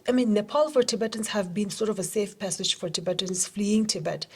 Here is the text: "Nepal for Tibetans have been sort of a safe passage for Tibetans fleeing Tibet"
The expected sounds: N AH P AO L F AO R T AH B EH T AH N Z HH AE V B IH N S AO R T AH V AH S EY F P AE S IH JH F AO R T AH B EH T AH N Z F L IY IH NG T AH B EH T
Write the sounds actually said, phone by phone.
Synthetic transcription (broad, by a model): N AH P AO L F AO R T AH B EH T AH N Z HH AE V B IH N S AO R T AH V AH S EY F P AE S IH JH F AO R T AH B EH T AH N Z F L IY IH NG T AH B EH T